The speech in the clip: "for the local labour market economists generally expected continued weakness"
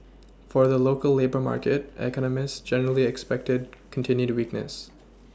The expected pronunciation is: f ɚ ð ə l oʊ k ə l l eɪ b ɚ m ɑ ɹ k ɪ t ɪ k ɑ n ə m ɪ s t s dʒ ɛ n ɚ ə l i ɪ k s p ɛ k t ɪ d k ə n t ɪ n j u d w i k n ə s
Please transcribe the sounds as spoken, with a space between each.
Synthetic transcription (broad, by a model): f ɚ ð ə l oʊ k ə l l eɪ b ɚ m ɑ ɹ k ɪ t ɪ k ɑ n ə m ɪ s t s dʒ ɛ n ɚ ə l i ɪ k s p ɛ k t ɪ d k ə n t ɪ n j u d w i k n ə s